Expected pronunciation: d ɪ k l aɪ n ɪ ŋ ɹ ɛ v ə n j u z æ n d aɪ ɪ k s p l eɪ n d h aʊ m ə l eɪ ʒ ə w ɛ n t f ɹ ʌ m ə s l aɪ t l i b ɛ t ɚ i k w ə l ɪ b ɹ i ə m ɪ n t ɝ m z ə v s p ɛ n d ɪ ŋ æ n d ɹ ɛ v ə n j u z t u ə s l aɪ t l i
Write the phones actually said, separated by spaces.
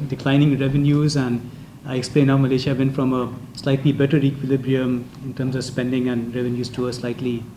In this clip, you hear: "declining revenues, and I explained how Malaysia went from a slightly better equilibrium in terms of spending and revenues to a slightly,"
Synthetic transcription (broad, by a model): d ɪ k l aɪ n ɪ ŋ ɹ ɛ v ə n j u z æ n d aɪ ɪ k s p l eɪ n h aʊ m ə l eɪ ʃ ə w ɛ n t f ɹ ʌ m ə s l aɪ t l i b ɛ t ɚ i k w ə l ɪ b ɹ i ə m ɪ n t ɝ m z ə v s p ɛ n d ɪ ŋ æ n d ɹ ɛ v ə n j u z t u ə s l aɪ t l i